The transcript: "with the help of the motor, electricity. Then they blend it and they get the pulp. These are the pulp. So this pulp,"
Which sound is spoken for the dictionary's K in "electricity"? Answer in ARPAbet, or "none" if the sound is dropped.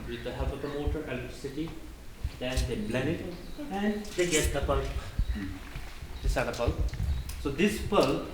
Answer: none